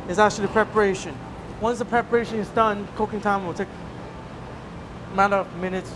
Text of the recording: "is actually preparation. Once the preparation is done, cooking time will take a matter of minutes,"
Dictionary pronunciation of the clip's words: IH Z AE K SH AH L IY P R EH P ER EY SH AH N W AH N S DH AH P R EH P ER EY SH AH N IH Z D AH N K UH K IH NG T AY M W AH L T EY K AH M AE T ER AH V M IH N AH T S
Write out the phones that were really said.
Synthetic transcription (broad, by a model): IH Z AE K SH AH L IY P R EH P ER EY SH AH N W AH N S DH AH P R EH P ER EY SH AH N IH Z D AH N K UH K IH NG T AY M W AH L T EY K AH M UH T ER AH V M IH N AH T S